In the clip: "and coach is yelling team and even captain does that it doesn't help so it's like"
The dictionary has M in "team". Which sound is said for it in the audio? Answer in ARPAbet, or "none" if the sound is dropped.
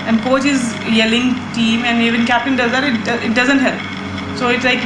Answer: M